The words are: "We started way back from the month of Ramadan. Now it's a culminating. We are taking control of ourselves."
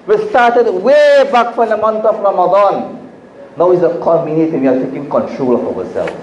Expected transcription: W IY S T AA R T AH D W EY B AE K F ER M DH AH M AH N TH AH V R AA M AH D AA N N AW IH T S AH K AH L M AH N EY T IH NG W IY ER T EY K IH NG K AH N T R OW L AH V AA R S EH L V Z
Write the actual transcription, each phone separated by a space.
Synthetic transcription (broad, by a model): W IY S T AA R T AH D W EY B AE K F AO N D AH M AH N T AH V R AA M AH D AA N N AW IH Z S AH K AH M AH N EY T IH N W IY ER T EY K IH NG K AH N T R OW L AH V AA S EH L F